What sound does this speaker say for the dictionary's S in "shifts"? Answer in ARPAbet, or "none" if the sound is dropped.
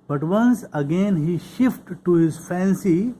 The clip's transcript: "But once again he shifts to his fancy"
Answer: none